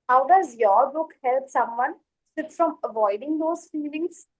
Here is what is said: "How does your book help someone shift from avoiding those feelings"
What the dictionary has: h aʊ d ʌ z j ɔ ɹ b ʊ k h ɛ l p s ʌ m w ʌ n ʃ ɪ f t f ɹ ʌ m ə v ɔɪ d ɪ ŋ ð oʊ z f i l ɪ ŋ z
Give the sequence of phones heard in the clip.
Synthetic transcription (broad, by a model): h aʊ d ʌ z j ɔ ɹ b ʊ k h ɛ l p s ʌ m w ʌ n s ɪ t f ɹ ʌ m ə v ɔɪ d ɪ ŋ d oʊ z f i l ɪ ŋ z